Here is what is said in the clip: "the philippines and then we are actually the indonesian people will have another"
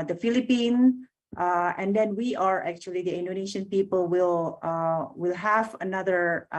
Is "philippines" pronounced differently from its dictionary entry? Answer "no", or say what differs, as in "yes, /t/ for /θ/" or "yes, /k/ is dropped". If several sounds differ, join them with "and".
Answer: yes, /z/ is dropped